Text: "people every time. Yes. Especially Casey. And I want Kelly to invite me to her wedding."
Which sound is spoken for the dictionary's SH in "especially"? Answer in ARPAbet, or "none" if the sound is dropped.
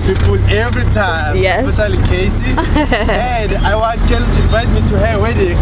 none